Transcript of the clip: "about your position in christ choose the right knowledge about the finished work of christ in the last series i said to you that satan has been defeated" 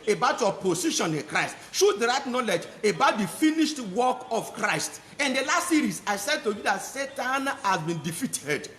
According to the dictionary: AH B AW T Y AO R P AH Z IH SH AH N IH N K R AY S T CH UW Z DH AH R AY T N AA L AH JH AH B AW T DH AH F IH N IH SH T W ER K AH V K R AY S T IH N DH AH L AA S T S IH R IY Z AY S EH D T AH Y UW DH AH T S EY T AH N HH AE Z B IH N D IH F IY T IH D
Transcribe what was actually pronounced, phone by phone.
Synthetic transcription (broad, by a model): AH B AW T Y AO P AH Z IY SH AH N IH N K R AY S T SH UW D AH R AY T N AA L AH JH AH B AW T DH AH F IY N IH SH T W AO K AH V K R AY S T IH N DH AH L AA S T S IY R IY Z AY S EH D T AH Y UW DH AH T S EY T AH N HH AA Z B IH N D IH F IY T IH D